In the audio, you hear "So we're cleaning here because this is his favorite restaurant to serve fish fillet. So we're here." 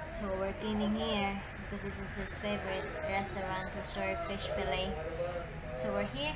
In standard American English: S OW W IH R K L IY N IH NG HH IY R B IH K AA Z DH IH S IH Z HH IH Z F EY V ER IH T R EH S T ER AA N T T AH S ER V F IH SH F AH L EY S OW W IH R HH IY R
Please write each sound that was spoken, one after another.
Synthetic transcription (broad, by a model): S OW W IH R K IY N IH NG HH IY R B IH K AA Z DH IH S IH Z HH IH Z F EY V ER IH T R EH S T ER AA N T T AH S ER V F IH SH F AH L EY S OW W IH R HH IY R